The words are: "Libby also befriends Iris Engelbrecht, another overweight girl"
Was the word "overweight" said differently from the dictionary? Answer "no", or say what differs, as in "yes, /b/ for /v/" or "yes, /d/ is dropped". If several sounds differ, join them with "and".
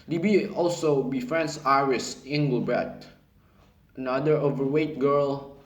no